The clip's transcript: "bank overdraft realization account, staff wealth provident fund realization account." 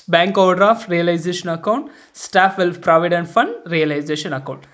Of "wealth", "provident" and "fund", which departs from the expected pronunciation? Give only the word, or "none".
wealth